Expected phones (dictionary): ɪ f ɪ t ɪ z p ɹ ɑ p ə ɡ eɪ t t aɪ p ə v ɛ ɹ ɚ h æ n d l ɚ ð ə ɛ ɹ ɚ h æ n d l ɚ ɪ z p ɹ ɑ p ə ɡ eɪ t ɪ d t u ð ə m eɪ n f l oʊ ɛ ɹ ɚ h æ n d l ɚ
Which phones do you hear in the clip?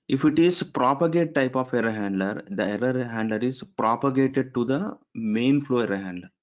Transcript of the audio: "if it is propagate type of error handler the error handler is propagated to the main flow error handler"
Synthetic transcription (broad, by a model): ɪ f ɪ t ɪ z p ɹ ɑ p ə ɡ eɪ t t aɪ p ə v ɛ ɹ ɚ h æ n d l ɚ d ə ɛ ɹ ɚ h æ n d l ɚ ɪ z p ɹ ɑ p ə ɡ eɪ t ɪ d t u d ə m eɪ n f l oʊ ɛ ɹ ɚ h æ n d l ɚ